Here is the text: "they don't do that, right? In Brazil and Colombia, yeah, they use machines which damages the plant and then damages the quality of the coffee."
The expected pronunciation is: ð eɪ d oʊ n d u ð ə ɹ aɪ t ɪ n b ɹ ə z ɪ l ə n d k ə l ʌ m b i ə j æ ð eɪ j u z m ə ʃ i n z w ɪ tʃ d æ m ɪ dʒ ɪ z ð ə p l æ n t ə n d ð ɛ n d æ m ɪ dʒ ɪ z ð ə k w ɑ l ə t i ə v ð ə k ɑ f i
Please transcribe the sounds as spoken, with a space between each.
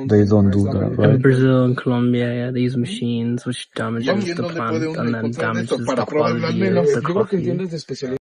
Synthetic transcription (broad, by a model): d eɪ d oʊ n d u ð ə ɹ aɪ ɪ n b ɹ ə z ɪ l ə n k ə l ʌ m b i ə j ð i z m ə ʃ i n z w ɪ tʃ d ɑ m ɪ dʒ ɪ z ð ə p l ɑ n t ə n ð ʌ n d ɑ m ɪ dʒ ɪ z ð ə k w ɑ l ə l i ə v ð ə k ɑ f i